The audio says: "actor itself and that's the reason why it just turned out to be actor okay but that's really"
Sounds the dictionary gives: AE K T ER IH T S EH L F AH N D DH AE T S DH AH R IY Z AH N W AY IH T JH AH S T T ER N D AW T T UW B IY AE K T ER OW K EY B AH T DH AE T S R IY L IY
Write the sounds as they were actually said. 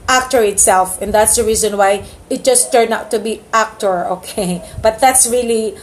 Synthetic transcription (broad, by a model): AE K T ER IH T S EH L F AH N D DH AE T S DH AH R IY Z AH N W AY IH T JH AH S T T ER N AW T T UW B IY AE K T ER OW K EY B AH T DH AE T S R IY L IY